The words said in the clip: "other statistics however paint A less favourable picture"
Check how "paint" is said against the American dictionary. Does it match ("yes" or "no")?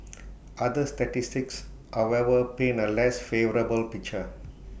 no